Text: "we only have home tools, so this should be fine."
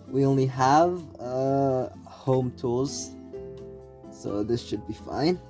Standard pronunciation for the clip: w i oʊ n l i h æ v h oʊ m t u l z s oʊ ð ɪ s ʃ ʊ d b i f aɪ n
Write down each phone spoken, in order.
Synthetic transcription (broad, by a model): w i oʊ n l i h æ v h oʊ m t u z s oʊ ð ɪ s ʃ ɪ d b i f aɪ n